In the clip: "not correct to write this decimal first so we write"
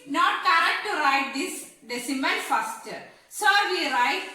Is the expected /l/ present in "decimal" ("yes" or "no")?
no